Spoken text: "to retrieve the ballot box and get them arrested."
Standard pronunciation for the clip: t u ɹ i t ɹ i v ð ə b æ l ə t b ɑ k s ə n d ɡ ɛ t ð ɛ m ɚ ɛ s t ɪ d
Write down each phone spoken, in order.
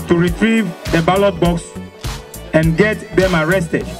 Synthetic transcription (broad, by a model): t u ɹ i t ɹ i v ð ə b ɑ l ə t b ɑ k s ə n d ɡ ɛ t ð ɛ m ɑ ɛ s t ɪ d